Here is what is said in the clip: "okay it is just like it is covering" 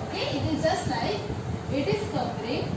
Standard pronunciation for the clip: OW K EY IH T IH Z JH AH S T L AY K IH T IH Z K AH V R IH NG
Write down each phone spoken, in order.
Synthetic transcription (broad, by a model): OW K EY IH T IH Z JH AH S T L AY IH T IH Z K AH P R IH